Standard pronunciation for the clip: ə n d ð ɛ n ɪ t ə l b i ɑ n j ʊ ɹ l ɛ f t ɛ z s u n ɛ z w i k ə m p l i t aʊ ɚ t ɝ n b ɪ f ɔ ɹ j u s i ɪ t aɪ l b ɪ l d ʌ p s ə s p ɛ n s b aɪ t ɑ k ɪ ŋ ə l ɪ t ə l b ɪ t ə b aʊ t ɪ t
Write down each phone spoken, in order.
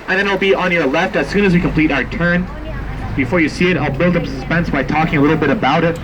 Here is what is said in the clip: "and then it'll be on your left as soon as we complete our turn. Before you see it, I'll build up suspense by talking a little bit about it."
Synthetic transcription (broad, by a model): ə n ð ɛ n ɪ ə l b i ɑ n j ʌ ɹ l ɛ f t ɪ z s u n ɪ z w i k ə m p l i t aʊ ɚ t ɝ n b ɪ f ɔ ɹ j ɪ s i ɪ t aɪ l b ɪ l d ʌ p s ə s p ɛ n s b aɪ t ɑ k ɪ ŋ ə l ɪ t l b ɪ t ə b aʊ t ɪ t